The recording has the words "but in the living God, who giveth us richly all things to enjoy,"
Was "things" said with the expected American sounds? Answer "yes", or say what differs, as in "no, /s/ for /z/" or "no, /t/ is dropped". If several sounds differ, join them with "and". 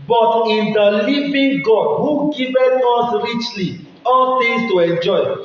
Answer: no, /t/ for /θ/